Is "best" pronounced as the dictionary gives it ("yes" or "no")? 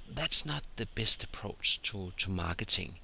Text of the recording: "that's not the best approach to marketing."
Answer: yes